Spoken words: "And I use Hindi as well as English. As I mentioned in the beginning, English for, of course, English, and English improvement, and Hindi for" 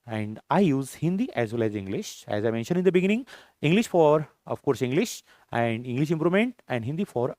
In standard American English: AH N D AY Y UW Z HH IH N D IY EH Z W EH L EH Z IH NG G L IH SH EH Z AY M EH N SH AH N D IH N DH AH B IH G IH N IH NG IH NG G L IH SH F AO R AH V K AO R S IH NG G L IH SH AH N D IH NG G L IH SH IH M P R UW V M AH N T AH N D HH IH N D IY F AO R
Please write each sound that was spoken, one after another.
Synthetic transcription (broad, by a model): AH N D AY Y UW Z HH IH N D IY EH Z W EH L EH Z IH NG G L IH SH EH Z AY M EH N SH AH N D IH N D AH B IH G IH N IH NG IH NG G L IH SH F AO R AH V K AO R S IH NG G L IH SH AH N D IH NG G L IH SH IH M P R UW M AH N T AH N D HH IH N D IY F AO R